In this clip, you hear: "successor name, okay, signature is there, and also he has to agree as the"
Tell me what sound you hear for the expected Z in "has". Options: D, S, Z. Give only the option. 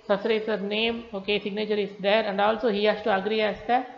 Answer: S